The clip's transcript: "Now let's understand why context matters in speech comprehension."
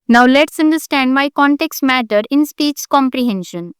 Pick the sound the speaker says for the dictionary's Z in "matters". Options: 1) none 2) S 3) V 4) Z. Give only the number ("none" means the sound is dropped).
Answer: 1